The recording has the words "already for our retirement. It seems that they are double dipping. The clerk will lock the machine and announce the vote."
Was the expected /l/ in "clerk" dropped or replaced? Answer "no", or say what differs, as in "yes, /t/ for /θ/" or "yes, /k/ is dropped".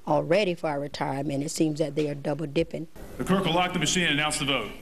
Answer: yes, /l/ is dropped